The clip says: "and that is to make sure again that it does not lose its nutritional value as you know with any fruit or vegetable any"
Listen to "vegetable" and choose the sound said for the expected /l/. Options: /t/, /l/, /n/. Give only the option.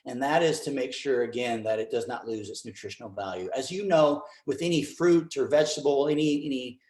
/n/